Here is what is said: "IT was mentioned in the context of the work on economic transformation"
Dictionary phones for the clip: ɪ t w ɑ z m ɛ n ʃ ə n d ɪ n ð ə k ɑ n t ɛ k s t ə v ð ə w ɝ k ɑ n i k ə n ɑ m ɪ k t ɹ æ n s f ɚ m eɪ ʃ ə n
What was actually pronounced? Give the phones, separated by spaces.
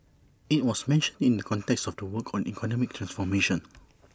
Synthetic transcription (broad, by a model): ɪ t w ɑ s m ɛ n ʃ ə n d ɪ n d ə k ɑ n t ɛ k s t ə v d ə w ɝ k ɑ n i k ə n ɑ m ɪ k t ɹ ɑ n s f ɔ m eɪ ʃ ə n